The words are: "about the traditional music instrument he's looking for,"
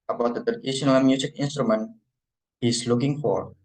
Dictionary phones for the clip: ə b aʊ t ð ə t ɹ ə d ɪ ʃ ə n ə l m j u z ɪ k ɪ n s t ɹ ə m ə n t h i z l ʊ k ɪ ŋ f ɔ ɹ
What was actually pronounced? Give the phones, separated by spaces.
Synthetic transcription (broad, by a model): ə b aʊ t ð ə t ə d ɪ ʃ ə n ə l m j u s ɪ k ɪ n s t ɹ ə m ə n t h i s l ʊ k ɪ ŋ f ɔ ɹ